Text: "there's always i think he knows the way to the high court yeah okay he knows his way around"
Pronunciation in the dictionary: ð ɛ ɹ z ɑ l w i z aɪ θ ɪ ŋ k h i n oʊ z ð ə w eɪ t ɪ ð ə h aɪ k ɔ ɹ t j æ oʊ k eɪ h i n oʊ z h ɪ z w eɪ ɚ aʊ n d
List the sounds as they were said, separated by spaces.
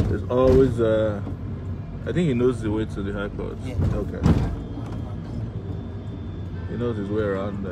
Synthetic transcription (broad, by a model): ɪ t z ɑ l w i z aɪ θ ɪ ŋ k h i n oʊ z ð ə w eɪ t ɪ ð ə h aɪ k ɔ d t oʊ k eɪ h i n oʊ z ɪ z w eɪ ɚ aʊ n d